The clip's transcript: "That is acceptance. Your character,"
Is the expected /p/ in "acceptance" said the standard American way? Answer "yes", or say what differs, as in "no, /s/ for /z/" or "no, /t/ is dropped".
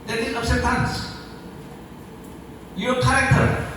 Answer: no, /p/ is dropped